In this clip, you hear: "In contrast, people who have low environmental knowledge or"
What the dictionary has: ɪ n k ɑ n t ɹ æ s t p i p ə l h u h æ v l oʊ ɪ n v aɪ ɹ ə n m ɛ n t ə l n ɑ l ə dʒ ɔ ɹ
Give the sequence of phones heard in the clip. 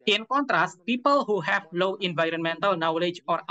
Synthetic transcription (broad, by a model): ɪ n k ɑ n t ɹ æ s t p i p ə l h u h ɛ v l oʊ ɪ n v aɪ ɹ ə n m ɛ n t ə l n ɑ l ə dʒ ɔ ɹ